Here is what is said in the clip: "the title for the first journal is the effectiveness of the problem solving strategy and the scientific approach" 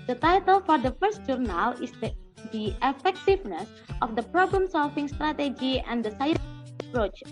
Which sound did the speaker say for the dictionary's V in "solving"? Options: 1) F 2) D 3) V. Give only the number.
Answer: 1